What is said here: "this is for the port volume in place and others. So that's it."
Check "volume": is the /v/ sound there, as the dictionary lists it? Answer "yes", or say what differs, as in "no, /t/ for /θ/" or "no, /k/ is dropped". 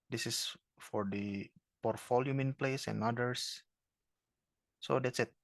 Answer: no, /f/ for /v/